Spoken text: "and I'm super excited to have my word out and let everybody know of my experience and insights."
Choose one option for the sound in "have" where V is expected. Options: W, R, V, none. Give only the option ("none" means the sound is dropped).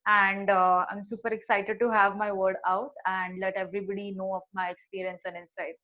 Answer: V